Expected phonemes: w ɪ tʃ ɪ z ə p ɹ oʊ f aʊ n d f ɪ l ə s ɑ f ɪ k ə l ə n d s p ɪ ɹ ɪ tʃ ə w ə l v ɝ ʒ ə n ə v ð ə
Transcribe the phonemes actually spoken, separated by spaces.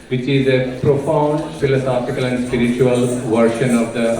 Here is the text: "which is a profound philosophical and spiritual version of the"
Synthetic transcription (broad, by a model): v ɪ tʃ ɪ z ə p ɹ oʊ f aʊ n d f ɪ l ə s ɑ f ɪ k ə l ə n d s p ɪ ɹ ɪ tʃ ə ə l v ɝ ʃ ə n ə v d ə